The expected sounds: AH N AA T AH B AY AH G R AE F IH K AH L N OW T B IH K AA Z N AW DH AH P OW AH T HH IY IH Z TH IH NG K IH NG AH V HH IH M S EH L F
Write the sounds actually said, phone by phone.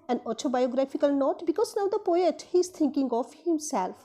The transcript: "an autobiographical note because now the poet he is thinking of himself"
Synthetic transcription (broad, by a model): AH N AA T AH B AY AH G R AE F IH K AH L N OW T B IH K AA Z N AW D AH P OW AH T HH IY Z T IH NG K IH NG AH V HH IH M S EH L F